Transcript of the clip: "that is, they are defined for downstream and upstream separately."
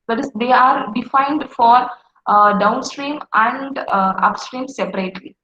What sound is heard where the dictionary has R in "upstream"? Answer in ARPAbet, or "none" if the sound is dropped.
R